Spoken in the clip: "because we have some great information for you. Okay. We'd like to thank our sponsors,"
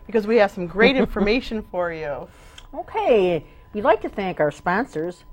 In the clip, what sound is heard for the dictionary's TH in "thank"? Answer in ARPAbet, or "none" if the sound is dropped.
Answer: TH